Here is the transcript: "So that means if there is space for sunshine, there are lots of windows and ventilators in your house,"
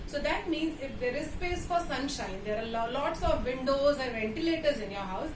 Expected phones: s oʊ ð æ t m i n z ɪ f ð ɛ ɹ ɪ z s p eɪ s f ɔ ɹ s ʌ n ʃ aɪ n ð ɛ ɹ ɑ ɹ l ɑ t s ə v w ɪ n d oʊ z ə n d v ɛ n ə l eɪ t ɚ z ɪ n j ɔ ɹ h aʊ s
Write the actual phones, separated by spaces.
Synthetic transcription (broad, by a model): s oʊ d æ t m i n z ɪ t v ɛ ɹ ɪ s p eɪ s f ɔ ɹ s ʌ n ʃ aɪ n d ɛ ɹ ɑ l l ɑ t s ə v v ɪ n d oʊ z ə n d v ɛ n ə l eɪ t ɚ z ɪ n j ɔ ɹ h aʊ s